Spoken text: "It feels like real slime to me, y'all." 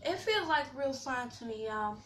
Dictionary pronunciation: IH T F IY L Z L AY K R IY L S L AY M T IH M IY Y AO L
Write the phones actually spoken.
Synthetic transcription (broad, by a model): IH T F IY L Z L AY K R IY L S AY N T IH M IY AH